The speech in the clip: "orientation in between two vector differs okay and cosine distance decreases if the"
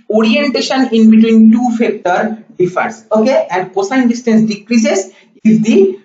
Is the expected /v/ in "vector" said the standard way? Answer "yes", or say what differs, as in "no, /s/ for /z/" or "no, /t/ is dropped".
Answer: no, /f/ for /v/